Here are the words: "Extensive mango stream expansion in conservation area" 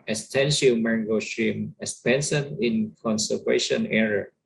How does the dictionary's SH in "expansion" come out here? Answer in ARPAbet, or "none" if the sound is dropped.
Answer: S